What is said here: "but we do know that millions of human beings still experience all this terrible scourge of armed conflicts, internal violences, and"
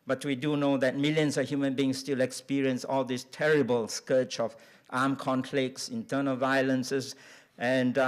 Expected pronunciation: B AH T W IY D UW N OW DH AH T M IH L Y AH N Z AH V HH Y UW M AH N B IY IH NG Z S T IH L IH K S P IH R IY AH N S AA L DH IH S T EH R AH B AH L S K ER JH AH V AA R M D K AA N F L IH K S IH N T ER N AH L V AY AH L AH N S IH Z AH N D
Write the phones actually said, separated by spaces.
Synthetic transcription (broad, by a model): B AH T W IY D UW N OW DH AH T M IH L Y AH N S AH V HH Y UW M AH N B IY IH NG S T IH L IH K S P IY R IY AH N S AA L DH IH S T EH R AH B AH L S K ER CH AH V AA M K AA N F L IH K S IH N T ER N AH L V AY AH L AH N S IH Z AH N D